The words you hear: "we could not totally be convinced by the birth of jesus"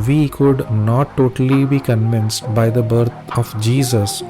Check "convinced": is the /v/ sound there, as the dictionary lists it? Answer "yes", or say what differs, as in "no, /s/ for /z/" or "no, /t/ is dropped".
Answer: yes